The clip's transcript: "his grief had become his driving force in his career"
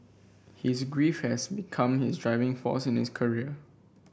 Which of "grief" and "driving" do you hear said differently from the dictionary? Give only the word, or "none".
none